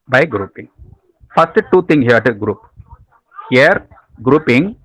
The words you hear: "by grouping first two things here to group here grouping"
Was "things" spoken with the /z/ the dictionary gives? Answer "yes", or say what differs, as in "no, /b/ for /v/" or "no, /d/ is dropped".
no, /z/ is dropped